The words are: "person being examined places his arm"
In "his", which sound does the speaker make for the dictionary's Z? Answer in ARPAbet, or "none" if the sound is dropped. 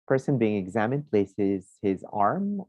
Z